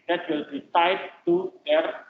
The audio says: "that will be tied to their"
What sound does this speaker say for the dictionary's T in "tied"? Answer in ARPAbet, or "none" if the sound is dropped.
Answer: S